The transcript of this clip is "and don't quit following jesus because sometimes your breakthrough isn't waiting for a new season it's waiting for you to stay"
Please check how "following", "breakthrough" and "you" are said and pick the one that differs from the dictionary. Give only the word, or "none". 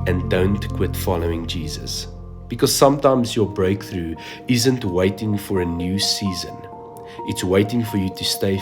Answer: none